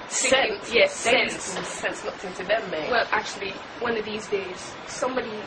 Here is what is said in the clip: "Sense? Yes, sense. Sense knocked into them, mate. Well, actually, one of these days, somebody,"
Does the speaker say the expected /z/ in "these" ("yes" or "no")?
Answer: yes